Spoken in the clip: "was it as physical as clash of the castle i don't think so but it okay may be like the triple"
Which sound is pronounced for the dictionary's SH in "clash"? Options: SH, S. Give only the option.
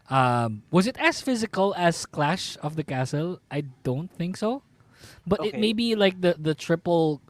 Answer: SH